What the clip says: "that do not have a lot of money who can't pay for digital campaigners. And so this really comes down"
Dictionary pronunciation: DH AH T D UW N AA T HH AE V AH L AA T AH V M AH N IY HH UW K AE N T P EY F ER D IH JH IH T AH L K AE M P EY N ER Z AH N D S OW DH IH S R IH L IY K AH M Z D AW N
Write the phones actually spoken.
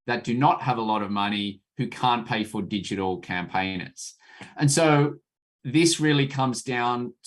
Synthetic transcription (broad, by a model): DH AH T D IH N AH T HH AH V AH L AA T AH V M AH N IY HH UW K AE N P EY F ER D IH JH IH T L K AE M P EY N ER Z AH N S OW DH IH S R IH L IY K AH M Z D AW N